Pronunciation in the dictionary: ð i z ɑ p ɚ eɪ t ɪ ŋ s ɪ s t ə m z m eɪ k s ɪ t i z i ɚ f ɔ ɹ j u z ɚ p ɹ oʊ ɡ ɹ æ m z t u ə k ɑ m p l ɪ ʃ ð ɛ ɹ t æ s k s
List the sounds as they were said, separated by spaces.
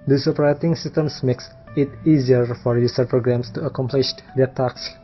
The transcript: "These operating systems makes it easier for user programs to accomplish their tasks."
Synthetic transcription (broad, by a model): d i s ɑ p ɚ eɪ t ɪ ŋ s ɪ s t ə m s m eɪ k s ɪ t i z i ɚ f ɔ ɹ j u s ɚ p ɹ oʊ ɡ ɹ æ m s t u ə k ɑ m p l ɪ ʃ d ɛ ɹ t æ k s